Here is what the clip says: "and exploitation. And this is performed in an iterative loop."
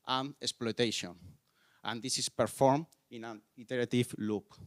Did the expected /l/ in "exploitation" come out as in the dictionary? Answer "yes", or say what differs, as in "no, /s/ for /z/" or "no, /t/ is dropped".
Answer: yes